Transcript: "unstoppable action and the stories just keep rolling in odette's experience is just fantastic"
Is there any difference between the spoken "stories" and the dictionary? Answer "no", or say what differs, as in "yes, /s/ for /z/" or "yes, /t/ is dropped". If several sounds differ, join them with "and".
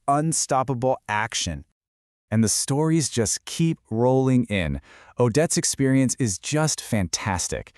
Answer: no